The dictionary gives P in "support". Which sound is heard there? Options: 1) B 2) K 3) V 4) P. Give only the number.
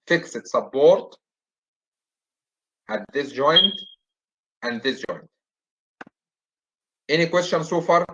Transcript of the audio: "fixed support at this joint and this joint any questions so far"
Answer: 1